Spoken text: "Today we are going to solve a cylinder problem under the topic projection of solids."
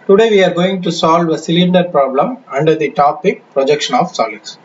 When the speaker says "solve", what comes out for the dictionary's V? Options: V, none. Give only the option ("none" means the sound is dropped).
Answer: V